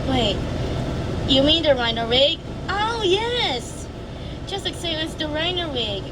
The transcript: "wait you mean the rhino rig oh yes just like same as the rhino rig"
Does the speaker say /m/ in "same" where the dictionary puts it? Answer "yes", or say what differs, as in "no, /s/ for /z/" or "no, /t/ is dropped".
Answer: no, /m/ is dropped